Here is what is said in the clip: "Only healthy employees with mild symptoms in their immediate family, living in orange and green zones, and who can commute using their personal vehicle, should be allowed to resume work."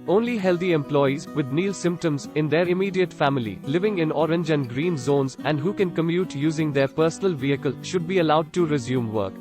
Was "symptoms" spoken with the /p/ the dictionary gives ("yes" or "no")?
yes